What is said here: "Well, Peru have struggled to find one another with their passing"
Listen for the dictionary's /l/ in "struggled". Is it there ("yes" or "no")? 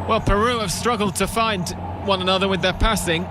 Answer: yes